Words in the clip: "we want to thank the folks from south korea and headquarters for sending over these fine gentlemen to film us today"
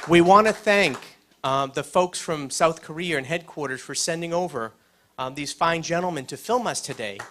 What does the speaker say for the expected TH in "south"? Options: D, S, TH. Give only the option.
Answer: TH